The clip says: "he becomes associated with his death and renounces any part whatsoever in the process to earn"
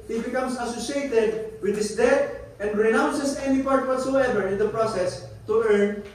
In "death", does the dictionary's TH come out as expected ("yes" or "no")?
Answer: no